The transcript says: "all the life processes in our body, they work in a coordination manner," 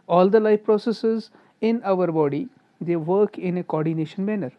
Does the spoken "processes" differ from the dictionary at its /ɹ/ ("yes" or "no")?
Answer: no